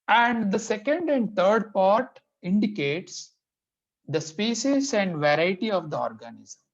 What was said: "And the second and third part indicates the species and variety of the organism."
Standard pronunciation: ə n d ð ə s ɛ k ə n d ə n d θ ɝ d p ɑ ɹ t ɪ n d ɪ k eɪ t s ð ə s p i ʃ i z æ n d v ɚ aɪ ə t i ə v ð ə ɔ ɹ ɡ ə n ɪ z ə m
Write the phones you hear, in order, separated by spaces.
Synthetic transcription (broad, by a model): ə n d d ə s ɛ k ə n d ə n d t ɝ d p ɑ ɹ t ɪ n d ɪ k eɪ t s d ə s p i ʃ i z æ n d v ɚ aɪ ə t i ə v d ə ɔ ɹ ɡ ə n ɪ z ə m